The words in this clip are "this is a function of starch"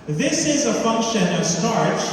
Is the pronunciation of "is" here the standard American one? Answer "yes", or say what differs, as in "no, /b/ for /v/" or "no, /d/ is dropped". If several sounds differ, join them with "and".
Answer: yes